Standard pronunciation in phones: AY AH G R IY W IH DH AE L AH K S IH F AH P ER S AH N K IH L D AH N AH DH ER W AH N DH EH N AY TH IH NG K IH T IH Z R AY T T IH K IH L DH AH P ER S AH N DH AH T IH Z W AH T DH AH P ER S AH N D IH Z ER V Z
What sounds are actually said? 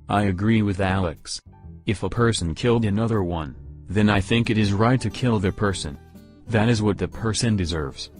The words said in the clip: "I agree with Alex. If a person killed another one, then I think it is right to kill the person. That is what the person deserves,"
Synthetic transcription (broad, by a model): AY AH G R IY W IH DH AE L AH K S IH F AH P ER S N K IH L D AH N AH DH ER W AH N DH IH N AY TH IH NG K IH T IH Z R AY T T IH K IH L DH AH P ER S AH N DH AH T IH Z W AH T DH AH P ER S AH N D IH Z ER V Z